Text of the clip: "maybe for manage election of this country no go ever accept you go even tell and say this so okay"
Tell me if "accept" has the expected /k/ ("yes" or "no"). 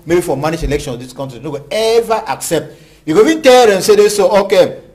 yes